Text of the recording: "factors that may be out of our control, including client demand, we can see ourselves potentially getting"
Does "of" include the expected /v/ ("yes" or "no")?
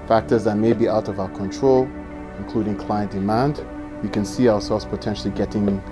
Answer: yes